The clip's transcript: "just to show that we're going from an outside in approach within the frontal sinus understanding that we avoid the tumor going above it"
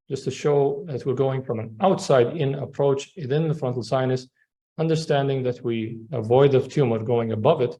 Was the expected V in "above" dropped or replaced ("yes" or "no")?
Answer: no